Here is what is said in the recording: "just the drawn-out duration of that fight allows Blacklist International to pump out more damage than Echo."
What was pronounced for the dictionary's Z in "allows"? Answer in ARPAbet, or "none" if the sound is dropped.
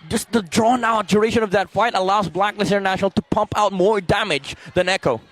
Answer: Z